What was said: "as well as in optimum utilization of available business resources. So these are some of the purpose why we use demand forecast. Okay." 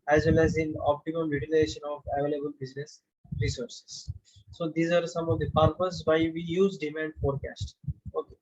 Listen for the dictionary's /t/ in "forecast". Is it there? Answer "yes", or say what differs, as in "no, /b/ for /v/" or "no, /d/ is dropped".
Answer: yes